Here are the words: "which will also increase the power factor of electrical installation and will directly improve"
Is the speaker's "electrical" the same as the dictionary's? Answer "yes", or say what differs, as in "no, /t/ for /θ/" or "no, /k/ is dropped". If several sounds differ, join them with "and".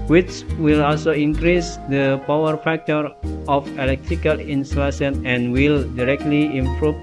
yes